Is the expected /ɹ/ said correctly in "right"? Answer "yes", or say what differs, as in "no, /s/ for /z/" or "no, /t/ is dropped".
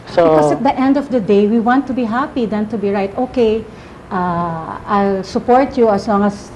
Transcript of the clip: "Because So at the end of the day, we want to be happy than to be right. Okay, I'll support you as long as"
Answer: yes